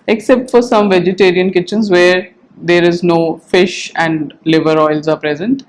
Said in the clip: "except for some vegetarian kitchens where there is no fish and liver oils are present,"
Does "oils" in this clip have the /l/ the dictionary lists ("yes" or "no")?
yes